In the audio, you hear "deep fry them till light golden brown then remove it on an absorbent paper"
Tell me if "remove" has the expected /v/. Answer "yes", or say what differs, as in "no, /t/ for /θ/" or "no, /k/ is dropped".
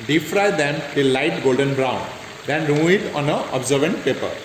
no, /v/ is dropped